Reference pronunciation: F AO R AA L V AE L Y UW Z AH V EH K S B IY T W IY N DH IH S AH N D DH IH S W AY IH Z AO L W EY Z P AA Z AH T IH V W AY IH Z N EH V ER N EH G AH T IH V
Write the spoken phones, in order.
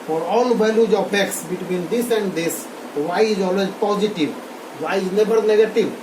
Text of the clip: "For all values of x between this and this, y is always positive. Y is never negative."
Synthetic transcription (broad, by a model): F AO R AA L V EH L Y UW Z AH P EH K S B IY T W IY N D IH S AH N D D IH S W AY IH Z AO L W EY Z P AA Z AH T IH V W AY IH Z N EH B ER N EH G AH T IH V